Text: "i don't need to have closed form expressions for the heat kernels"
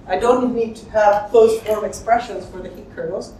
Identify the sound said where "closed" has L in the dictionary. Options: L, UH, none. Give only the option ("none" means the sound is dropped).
none